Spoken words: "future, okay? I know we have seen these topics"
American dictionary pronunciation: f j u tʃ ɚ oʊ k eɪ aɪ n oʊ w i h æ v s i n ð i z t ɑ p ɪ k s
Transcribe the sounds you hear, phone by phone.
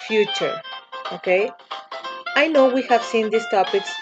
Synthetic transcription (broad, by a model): f j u tʃ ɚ oʊ k eɪ aɪ n oʊ w i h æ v s i n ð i s t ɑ p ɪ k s